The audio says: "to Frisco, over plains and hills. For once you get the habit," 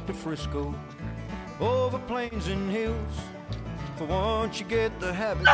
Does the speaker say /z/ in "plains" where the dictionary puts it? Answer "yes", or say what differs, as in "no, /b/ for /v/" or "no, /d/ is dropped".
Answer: yes